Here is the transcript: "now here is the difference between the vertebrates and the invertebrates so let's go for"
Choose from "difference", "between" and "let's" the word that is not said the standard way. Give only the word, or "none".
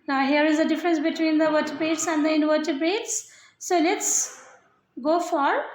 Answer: none